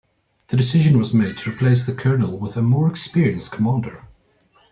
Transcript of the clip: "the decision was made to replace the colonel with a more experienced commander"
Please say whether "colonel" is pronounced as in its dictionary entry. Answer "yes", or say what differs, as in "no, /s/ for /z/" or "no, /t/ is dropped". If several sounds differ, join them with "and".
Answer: yes